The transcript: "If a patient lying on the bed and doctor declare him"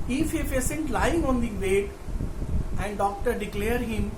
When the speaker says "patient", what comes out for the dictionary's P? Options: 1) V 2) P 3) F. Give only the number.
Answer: 3